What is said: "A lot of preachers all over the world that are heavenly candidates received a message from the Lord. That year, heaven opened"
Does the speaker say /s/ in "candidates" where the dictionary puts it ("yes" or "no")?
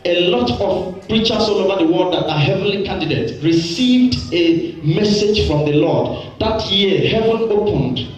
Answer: no